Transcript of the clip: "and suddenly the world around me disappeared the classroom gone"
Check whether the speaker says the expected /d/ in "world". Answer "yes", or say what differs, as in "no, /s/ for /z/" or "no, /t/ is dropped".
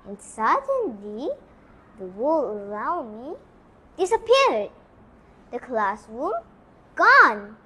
no, /d/ is dropped